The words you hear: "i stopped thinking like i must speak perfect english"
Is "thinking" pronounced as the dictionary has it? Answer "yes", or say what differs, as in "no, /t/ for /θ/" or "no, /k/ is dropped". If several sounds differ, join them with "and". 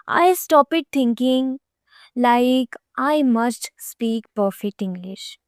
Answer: no, /t/ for /θ/